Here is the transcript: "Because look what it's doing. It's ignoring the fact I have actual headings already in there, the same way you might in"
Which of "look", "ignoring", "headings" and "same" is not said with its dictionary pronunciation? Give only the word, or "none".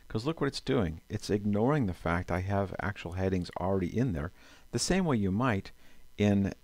none